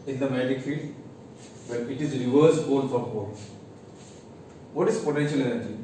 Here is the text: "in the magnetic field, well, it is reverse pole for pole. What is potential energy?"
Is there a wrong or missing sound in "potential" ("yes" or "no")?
no